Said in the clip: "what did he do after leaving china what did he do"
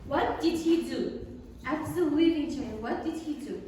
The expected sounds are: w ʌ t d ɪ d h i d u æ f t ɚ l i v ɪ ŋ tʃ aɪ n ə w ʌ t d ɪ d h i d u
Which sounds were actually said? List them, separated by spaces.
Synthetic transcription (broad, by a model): w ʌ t d ɪ d h i d u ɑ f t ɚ w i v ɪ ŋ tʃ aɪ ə w ʌ t d ɪ d h i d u